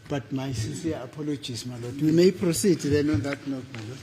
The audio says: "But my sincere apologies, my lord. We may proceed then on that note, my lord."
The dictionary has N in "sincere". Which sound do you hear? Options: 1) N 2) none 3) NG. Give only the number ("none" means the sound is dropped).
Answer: 2